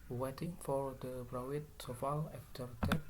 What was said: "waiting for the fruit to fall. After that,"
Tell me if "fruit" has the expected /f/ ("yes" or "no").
no